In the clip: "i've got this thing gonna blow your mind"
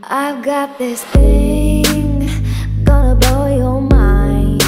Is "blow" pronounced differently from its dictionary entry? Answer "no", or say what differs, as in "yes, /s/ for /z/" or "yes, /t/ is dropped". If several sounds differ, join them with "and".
yes, /l/ is dropped